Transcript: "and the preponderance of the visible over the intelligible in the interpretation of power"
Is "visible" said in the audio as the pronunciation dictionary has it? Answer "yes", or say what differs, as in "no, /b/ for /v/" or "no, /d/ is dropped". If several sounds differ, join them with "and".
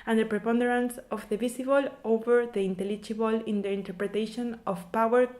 no, /s/ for /z/